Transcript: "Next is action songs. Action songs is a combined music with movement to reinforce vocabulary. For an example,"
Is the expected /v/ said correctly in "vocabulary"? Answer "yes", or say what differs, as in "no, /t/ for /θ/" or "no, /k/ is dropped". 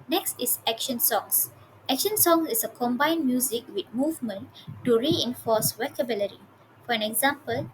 no, /w/ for /v/